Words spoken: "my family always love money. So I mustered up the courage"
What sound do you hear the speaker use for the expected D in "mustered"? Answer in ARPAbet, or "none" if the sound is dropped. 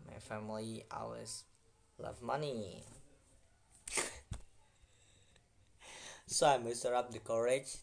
none